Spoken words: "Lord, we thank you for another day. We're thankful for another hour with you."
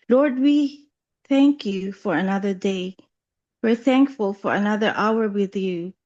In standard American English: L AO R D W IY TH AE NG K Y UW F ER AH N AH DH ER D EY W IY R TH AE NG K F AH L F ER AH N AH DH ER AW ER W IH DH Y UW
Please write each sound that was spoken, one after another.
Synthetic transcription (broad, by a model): L AO R D W IY TH AE NG K Y UW F ER AH N AH DH ER D EY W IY R TH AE NG K F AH L F ER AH N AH DH ER AW ER W IH DH Y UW